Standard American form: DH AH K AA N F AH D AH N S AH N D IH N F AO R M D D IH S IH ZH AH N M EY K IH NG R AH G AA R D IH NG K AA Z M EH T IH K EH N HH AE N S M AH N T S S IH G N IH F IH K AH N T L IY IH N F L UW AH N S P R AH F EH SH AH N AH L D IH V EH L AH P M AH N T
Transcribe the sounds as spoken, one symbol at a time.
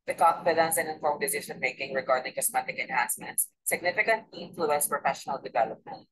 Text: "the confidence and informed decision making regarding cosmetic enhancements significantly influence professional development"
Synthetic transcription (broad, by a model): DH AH K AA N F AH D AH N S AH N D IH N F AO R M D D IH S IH S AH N M EY K IH NG R AH G AA R D IH NG K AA S M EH T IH K EH N HH AE N S M AH N T S S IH G N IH F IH K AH N T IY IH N F L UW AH N S P R AH F EH SH AH N AH L D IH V EH L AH P M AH N T